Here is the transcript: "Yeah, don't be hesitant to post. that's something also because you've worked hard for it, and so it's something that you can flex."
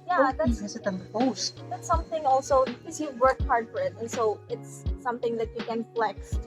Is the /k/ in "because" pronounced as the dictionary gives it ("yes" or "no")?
no